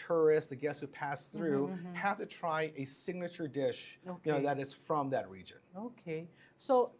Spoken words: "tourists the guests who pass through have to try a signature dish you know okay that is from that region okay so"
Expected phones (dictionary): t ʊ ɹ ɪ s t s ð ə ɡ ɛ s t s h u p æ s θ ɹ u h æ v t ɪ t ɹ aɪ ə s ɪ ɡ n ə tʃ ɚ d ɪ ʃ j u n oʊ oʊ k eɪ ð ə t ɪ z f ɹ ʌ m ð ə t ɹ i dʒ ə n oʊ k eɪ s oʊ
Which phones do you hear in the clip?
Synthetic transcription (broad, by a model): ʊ ɹ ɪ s s ð ə ɡ ɛ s s h u p æ s θ ɹ u h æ f t ɪ t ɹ aɪ ə s ɪ ɡ n ə tʃ ɚ d ɪ ʃ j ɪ n oʊ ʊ ð ə t ɪ z f ɹ ʌ m ð ə t ɹ i dʒ ə n oʊ k eɪ s oʊ